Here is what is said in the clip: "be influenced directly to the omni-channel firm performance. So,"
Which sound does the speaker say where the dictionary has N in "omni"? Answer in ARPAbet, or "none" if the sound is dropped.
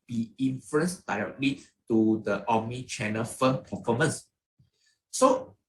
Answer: none